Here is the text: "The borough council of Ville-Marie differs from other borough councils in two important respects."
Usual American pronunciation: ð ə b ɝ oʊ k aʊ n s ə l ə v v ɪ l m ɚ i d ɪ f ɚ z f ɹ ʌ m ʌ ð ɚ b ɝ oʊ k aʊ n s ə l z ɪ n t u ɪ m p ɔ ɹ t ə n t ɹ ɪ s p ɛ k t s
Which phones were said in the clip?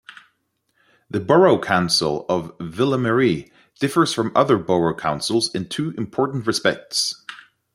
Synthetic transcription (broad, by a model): ð ə b ɝ oʊ k aʊ n s ə l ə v v ɪ l m ɚ i d ɪ f ɚ z f ɹ ʌ m ʌ ð ɚ b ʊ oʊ k aʊ n s ə l z ɪ n t u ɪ m p ɔ ɹ t n t ɹ ɪ s p ɛ k t s